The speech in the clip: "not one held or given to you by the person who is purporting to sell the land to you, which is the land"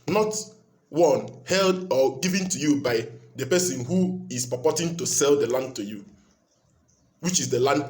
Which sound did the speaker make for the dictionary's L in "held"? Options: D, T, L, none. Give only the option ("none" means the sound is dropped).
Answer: L